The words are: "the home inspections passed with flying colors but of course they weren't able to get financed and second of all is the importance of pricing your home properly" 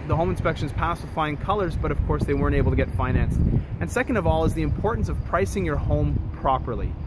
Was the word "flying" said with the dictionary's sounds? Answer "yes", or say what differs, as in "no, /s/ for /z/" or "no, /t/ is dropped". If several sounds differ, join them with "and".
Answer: no, /l/ is dropped